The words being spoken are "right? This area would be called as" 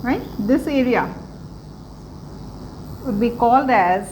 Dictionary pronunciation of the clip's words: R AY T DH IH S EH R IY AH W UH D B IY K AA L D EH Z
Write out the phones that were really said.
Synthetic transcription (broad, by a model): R AY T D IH S EH R IY AH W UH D B IY K AA L D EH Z